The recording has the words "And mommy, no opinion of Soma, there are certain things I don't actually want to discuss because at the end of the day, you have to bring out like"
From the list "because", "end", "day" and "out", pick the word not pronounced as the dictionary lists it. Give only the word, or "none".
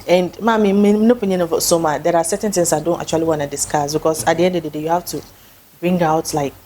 because